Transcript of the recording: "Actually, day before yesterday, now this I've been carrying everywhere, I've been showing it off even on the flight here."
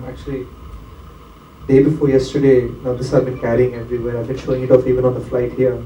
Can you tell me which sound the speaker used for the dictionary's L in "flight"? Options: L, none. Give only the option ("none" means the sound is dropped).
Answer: L